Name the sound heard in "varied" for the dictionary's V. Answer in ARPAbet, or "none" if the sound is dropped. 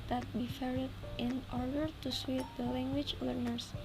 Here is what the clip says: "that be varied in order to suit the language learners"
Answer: F